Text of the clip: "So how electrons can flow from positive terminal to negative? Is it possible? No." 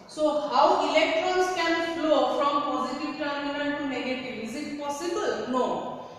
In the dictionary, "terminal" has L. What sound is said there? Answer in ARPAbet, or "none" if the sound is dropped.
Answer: N